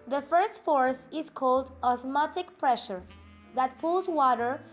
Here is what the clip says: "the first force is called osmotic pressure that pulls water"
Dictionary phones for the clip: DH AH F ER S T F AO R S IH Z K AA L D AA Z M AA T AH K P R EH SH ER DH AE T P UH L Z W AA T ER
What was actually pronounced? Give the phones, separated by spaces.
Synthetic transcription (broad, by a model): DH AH F ER S T F AO R S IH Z K AA L D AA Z M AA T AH K P R EH SH ER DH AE T P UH L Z W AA T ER